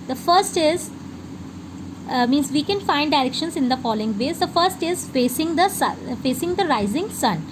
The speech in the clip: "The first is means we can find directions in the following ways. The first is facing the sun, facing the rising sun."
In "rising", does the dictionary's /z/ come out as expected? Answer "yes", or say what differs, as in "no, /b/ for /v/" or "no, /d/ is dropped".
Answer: yes